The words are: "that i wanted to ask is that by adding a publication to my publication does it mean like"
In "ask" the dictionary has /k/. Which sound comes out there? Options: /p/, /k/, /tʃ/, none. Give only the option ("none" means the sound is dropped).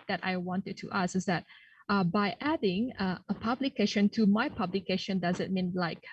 none